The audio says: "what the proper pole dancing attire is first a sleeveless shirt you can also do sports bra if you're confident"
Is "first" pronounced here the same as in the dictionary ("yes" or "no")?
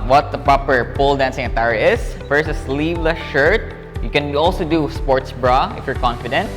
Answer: no